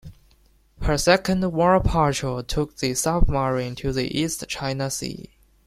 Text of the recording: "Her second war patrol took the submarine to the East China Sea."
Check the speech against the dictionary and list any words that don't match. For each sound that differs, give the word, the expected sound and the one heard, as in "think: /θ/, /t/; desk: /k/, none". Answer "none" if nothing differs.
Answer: patrol: /ɹ/, none